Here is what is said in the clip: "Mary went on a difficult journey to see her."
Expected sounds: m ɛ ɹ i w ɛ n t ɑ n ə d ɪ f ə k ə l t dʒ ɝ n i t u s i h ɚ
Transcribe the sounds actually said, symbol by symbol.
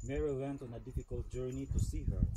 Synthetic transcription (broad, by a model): m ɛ ɹ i w ɛ n t ɑ n ə d ɪ f ə k ə l t dʒ ɝ n i t u s i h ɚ